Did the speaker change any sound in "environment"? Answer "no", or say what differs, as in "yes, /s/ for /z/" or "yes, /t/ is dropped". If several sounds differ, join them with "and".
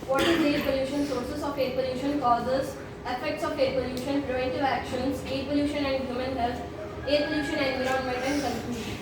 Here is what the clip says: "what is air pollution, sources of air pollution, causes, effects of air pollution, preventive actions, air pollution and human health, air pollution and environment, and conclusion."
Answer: yes, /ɹ/ is dropped